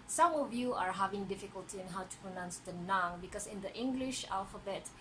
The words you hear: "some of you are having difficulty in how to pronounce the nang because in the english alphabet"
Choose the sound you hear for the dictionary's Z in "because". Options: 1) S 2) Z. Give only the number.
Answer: 1